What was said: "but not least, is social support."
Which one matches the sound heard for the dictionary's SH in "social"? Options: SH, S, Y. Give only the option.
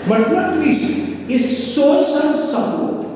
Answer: S